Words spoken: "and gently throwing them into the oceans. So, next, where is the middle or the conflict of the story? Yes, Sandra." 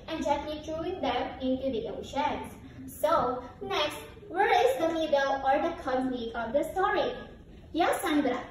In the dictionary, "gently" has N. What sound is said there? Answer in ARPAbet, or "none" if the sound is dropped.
none